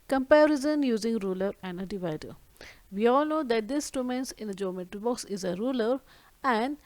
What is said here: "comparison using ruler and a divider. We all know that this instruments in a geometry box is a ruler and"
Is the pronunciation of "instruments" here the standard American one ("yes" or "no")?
no